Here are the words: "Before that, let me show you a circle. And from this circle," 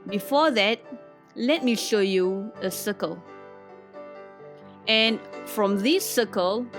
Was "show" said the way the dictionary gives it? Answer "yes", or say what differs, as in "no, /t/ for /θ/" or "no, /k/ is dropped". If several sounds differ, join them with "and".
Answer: yes